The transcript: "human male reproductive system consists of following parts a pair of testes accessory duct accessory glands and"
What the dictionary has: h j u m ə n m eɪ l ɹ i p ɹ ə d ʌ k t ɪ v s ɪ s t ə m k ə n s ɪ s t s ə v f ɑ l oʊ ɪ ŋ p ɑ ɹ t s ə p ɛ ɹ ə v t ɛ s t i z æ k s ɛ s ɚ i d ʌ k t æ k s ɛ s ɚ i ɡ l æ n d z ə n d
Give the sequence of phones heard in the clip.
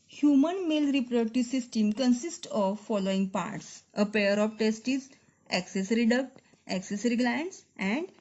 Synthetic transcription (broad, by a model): h j u m ə n m eɪ l ɹ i p ɹ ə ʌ t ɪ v s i s t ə m k ə n s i s t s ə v f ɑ l oʊ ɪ ŋ p ɑ ɹ t s ə p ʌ ɹ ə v t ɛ s t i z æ k s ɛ s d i d ʌ k t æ k s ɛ s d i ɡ l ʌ n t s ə n d